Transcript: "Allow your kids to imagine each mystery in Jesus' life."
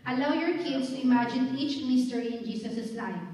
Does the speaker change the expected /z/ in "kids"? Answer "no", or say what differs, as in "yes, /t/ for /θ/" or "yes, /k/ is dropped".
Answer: yes, /s/ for /z/